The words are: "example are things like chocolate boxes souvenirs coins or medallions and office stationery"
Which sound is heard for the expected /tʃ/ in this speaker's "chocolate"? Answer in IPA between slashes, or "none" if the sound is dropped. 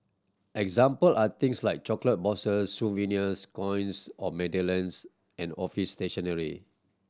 /tʃ/